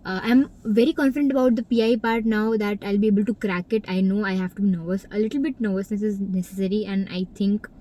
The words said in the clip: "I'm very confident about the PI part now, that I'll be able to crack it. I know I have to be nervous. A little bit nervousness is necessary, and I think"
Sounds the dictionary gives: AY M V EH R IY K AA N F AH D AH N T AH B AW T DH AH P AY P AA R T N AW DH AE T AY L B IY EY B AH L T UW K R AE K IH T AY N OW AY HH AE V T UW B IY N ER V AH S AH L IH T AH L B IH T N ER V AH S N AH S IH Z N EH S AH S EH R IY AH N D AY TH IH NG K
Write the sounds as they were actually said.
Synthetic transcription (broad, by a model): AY M V EH R IY K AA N F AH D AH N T AH B AW T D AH P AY P AA R T N AW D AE T AY L B IY EY B AH L T UW K R AE K IH T AY N OW AY HH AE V T UW B IY N ER V AH S AH L IH T AH L B IH T N ER V AH S N AH S IH Z N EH S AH S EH R IY AH N D AY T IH NG K